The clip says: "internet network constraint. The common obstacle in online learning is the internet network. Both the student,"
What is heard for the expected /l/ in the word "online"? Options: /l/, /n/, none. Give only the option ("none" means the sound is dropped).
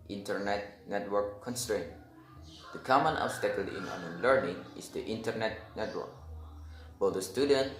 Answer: none